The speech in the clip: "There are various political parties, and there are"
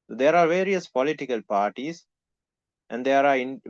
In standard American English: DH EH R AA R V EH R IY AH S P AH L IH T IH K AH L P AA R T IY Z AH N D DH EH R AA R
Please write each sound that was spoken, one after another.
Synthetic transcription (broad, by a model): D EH R AA R V EH R IY AH S P AH L IH T IH K AH L P AA R T IY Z AH N D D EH R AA R